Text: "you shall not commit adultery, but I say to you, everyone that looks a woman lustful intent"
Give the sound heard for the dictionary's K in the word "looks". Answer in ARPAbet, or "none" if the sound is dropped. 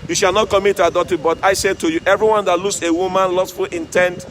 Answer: none